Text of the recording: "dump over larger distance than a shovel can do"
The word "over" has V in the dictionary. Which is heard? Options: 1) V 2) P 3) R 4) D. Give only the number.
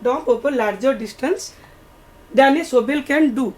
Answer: 2